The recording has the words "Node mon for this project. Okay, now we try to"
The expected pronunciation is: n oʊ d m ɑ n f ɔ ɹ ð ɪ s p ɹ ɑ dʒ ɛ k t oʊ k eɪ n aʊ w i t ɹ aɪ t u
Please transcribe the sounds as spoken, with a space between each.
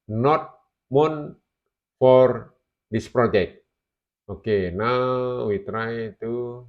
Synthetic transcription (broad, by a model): n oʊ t m ɑ n f ɔ ɹ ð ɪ s p ɹ ɑ dʒ ɛ k t oʊ k eɪ n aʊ w i t ɹ aɪ t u